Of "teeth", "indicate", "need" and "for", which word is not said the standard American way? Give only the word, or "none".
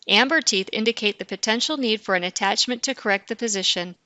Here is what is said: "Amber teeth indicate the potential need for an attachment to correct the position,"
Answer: none